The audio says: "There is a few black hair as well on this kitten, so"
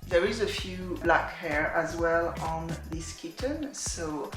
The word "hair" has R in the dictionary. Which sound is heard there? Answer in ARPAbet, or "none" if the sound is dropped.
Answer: R